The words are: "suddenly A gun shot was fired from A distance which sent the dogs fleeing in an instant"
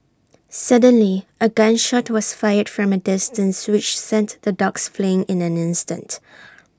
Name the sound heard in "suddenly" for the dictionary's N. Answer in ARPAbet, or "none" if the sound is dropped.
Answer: N